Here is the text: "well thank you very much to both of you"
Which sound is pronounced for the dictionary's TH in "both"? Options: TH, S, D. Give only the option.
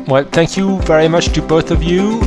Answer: TH